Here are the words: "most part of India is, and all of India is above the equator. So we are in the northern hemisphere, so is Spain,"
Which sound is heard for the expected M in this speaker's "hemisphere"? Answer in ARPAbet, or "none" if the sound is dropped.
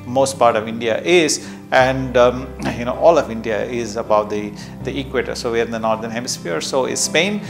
M